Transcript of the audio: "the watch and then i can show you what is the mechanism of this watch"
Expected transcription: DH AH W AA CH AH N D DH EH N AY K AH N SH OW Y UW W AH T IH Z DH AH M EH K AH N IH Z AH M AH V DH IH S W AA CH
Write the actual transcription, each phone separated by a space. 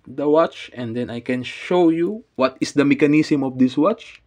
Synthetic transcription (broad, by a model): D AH W AA CH AH N D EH N AY K AH N SH OW Y UW W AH T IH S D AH M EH K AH N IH S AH M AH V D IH S W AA CH